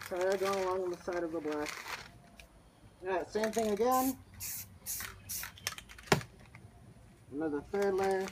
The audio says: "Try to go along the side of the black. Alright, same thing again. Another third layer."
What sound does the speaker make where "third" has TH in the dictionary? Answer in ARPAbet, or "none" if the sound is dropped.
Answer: F